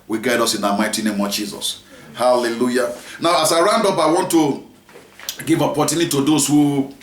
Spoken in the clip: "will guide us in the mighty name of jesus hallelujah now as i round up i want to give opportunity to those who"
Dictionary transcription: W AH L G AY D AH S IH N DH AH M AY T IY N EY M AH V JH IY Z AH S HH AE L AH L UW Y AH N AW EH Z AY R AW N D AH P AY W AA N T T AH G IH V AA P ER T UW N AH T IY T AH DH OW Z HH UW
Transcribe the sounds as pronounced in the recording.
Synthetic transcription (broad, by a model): W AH G AY D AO S IH N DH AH M AY T IY N EY M AH V JH IY Z AH S HH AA L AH L UW Y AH N AW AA S AY R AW N D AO P AY W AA N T T AH G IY V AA P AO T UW N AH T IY T AH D OW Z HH UW